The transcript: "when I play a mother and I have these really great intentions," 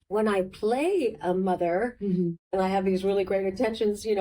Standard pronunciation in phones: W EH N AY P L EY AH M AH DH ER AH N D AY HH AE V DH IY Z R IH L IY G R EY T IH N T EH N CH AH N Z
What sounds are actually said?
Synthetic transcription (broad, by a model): W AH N AY P L EY AH M AH DH ER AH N AY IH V DH IY Z R IH L IY G R EY T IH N T EH N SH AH N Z